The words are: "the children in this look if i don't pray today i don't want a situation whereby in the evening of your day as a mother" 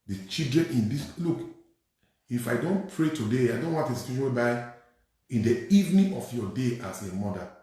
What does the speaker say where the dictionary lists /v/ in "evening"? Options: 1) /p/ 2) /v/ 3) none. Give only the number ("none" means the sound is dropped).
2